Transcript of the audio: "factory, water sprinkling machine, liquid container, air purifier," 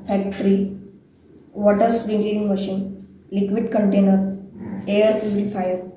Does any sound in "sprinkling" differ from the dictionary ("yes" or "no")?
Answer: yes